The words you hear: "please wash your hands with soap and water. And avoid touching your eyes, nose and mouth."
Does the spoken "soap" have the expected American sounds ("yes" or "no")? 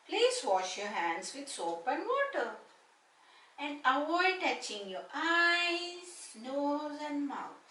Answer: yes